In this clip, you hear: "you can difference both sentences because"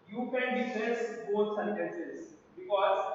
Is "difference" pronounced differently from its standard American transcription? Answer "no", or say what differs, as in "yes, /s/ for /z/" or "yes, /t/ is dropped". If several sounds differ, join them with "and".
yes, /n/ is dropped